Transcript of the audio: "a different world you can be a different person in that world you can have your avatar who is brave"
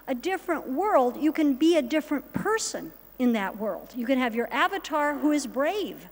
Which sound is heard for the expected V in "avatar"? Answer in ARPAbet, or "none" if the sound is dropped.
V